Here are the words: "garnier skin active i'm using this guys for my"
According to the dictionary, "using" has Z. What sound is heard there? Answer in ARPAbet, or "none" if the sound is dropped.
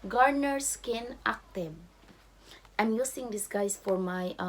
S